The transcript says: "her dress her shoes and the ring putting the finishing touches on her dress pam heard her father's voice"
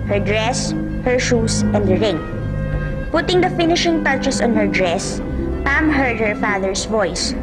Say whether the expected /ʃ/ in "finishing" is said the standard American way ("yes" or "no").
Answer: yes